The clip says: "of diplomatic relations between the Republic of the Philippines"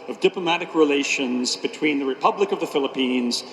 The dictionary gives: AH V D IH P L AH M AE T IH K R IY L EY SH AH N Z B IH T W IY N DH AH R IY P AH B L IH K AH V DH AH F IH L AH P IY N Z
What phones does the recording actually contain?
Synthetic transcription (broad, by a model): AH V D IH P L AH M AE T IH K R IY L EY SH AH N Z B IH T W IY N DH AH R IY P AH B L IH K AH V DH AH F IH L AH P IY N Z